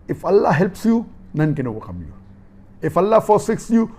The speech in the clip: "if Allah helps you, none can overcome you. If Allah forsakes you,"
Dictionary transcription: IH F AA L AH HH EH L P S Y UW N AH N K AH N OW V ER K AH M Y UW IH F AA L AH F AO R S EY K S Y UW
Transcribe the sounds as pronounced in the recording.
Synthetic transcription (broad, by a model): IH F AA L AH HH EH L P S Y UW N AH N K AH N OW W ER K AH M Y UW IH F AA L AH F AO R S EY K S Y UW